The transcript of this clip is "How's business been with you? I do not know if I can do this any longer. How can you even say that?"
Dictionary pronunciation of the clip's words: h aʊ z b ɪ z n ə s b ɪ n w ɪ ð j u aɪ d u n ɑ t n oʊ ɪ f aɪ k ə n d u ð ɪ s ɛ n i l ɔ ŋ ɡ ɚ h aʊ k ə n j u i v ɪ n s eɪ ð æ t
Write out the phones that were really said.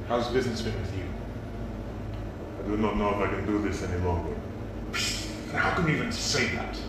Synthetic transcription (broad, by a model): h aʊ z b ɪ z n ə s b ɪ n w ɪ ð j u aɪ d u n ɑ t n oʊ ɪ f aɪ k ə n d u ð ɪ s ɛ n i l ɔ ŋ ɡ ɚ h aʊ k ə n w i i v ɪ n s eɪ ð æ t